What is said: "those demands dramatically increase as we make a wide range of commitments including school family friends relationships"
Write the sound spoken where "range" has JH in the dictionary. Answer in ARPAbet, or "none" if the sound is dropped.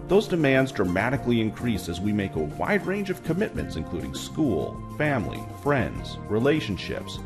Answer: JH